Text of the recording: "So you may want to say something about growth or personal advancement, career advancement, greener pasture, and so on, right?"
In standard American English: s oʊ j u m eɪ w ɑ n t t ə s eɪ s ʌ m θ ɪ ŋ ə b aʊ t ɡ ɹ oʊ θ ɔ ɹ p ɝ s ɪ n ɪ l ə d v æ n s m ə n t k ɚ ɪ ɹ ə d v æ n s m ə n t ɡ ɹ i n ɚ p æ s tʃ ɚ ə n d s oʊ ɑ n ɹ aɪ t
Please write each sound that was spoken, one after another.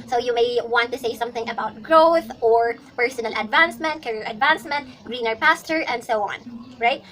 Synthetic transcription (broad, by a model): s oʊ j u m eɪ w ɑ n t t ə s eɪ s ʌ m θ ɪ ŋ ə b aʊ t ɡ ɹ oʊ θ ɔ ɹ p ɝ s ɪ n ɪ l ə d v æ n s m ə n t k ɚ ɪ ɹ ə d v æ n s m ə n t ɡ ɹ i n ɚ p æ s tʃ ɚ ə n d s oʊ ɑ n ɹ aɪ t